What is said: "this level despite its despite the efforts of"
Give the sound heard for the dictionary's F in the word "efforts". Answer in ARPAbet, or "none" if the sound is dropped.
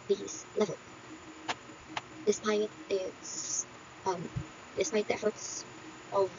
F